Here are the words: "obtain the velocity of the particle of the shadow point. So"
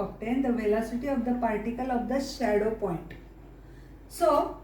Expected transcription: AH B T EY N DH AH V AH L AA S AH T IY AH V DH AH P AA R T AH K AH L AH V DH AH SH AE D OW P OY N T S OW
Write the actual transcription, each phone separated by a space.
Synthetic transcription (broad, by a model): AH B T EY N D AH V AH L AA S AH T IY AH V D AH P AA R T AH K AH L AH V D AH SH AE D OW P OY N T S OW